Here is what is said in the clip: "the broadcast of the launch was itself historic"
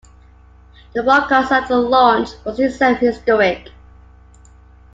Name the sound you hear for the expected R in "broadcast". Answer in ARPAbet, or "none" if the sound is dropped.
none